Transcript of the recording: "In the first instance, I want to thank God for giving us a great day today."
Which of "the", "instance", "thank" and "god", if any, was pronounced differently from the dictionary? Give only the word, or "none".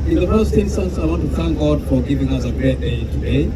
none